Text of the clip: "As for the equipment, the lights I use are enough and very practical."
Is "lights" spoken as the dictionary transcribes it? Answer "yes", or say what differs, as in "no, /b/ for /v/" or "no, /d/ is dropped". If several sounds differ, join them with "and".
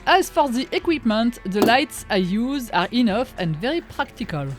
yes